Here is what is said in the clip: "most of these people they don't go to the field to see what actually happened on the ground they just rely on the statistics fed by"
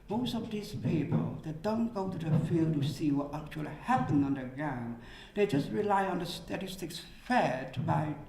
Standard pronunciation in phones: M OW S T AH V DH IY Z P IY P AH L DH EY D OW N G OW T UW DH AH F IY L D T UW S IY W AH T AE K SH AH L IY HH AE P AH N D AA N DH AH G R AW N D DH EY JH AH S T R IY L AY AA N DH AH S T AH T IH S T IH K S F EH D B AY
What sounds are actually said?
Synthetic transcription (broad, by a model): M OW S T AH V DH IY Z P IY P AH L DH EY D OW N G OW T UW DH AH F IY L D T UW S IY W AH T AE K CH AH L IY HH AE P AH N AA N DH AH G R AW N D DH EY JH AH S T R IY L AY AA N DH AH S T AH T IH S T IH K S F EH D B AY